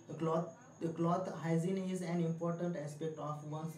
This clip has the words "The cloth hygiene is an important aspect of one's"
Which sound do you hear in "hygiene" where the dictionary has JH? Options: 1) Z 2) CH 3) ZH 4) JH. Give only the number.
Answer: 1